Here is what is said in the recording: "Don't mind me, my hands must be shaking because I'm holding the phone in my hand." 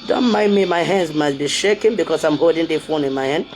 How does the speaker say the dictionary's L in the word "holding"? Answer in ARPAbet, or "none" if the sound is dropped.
none